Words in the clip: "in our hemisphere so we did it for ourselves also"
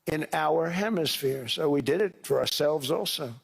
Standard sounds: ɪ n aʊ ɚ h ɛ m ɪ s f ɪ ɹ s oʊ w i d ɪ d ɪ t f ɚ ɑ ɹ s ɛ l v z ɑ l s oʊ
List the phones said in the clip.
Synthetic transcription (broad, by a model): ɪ n aʊ ɚ h ɛ m ɪ s f ɪ ɹ s oʊ w i d ɪ d ɪ t f ɚ ɑ ɹ s ɛ l v z ɑ l s oʊ